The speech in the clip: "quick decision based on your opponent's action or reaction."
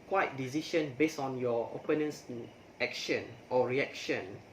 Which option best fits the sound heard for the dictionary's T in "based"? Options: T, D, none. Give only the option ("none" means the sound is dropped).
none